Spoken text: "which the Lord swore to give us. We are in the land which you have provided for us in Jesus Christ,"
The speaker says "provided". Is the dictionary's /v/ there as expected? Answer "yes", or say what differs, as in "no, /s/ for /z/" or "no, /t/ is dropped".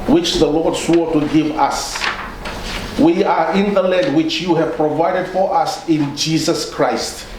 yes